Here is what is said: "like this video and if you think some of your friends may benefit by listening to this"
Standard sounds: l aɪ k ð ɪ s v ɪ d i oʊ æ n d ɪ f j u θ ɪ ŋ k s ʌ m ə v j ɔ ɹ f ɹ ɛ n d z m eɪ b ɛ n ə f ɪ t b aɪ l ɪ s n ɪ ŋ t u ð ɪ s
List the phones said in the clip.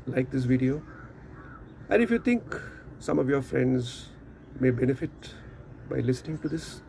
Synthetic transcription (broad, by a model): l aɪ k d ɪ s v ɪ d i oʊ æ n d ɪ f j u t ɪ ŋ k s ʌ m ə v j ɔ ɹ f ɹ ɛ n d z m eɪ b ɛ n ə f ɪ t b aɪ l ɪ s n ɪ ŋ t u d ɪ s